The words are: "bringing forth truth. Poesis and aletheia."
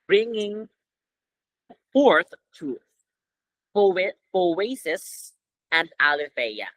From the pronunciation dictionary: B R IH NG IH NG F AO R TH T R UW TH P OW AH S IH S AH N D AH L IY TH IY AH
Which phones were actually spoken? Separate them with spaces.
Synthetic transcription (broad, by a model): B R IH NG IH NG F AO R TH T UW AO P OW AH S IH S AH N D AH L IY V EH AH